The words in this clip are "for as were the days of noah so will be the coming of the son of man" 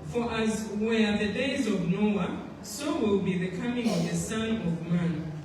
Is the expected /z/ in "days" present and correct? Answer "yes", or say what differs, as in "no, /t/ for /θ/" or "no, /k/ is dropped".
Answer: yes